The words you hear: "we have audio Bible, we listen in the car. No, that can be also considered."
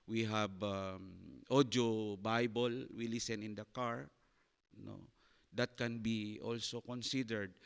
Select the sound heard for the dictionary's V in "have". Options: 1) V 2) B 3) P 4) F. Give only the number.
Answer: 2